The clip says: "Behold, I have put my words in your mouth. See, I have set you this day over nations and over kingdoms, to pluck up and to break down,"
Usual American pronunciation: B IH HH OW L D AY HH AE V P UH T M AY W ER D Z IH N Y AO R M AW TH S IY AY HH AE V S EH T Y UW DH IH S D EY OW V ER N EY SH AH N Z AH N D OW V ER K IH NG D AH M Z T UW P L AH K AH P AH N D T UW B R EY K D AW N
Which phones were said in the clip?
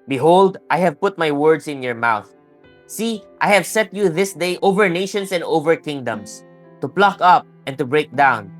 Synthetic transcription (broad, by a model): B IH HH OW L D AY HH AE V P UH T M AY W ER D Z IH N Y AO R M AW TH S IY AY HH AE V S EH T Y UW DH IH S D EY OW V ER N EY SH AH N S AH N D OW V ER K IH NG D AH M S T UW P L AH K AH P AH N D T UW B R EY K D AW N